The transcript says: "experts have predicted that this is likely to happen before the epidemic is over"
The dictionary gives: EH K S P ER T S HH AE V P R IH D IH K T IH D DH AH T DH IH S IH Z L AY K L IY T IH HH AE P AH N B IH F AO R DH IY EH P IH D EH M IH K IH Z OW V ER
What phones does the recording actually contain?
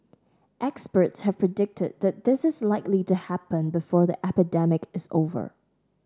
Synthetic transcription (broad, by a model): EH K S P ER T S HH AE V P R IH D IH K T IH D DH AH T DH IH S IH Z L AY K L IY T IH HH AE P AH N B IH F AO R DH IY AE P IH D EH M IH K IH Z OW V ER